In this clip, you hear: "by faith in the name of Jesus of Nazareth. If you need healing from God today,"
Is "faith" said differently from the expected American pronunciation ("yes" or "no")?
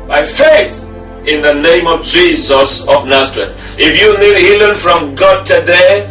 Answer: no